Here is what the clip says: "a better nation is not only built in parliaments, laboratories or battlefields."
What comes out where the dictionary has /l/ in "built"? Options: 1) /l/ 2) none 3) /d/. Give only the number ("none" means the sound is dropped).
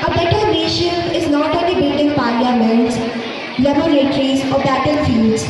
2